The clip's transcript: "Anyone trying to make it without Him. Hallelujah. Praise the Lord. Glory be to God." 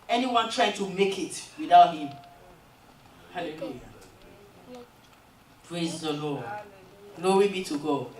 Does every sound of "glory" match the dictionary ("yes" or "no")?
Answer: no